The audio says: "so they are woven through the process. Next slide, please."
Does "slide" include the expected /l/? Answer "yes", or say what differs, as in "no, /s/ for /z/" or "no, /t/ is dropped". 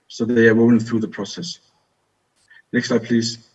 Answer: no, /l/ is dropped